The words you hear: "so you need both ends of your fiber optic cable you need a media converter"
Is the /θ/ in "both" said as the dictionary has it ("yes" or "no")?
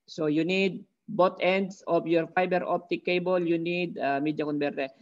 no